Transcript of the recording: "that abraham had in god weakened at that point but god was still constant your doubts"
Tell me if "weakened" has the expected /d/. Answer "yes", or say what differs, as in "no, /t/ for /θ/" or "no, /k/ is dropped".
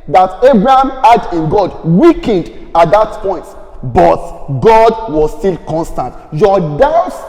yes